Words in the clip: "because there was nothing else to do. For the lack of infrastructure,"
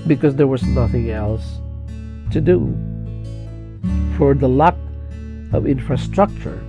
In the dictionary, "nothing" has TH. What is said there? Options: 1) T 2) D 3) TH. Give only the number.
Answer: 3